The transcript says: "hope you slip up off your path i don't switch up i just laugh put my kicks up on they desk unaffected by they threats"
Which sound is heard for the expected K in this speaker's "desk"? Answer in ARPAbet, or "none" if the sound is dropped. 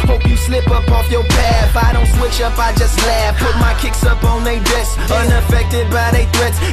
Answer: none